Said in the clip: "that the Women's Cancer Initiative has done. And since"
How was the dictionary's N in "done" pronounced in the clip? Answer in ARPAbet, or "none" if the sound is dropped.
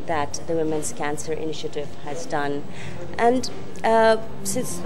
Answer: N